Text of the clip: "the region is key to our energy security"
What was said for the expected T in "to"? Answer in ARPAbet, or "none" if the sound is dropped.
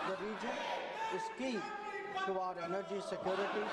S